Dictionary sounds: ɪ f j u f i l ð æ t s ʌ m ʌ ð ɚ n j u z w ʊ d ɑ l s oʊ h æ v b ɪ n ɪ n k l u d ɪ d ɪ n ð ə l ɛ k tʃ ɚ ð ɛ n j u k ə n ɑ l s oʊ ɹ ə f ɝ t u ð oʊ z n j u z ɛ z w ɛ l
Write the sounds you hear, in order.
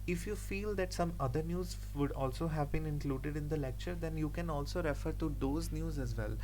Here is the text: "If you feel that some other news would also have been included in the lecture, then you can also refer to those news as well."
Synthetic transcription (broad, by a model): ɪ f j u f i l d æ t s ʌ m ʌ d ɚ n j u z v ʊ d ɑ l s oʊ h æ v b ɪ n ɪ n k l u d ɪ d ɪ n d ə l ɛ k tʃ ɚ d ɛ n j u k ə n ɑ l s oʊ ɹ ə f ɝ t u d oʊ z n j u z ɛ z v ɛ l